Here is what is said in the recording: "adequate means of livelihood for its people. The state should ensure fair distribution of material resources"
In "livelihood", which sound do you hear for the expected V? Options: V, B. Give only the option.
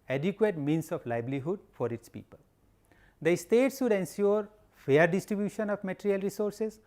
B